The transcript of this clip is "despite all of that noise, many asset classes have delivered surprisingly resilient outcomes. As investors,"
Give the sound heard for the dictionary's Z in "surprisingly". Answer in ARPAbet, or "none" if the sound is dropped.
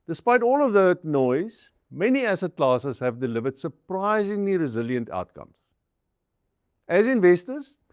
Z